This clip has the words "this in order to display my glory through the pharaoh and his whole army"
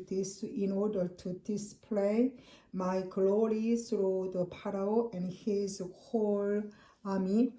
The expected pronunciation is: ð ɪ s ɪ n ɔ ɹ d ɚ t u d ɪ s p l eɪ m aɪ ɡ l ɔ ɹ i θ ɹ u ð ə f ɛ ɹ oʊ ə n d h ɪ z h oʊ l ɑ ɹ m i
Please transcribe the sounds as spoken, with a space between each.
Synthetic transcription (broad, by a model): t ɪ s ɪ n ɔ ɹ d ɚ t u d ɪ s p l eɪ m aɪ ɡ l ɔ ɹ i s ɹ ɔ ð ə p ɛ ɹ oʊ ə n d h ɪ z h oʊ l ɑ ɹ m i